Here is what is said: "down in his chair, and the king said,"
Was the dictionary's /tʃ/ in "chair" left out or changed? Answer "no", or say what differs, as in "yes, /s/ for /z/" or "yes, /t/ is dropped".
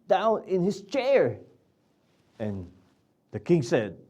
no